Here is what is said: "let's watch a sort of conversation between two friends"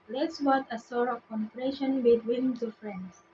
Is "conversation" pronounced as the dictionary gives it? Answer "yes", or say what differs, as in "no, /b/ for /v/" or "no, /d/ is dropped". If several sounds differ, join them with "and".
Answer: no, /s/ is dropped